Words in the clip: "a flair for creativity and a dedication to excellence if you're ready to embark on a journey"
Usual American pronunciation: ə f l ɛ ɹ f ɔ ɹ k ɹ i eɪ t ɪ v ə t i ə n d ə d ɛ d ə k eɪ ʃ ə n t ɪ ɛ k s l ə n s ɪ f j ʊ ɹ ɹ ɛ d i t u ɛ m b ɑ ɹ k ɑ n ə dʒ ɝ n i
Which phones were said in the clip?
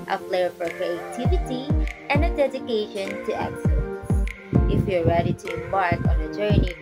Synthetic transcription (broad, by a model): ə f l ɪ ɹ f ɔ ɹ k ɹ i eɪ t ɪ v ə t i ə n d ə d ɛ d ə k eɪ ʃ ə n t ɪ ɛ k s ə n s ɪ f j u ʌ ɹ ɛ d i t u ɛ m b ɑ ɹ k ɑ n ə dʒ ɝ n i